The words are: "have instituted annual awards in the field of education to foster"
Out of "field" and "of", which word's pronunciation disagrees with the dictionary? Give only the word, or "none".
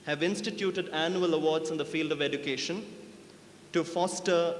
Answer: none